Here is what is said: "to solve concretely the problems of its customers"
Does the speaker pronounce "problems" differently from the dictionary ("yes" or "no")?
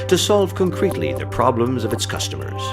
no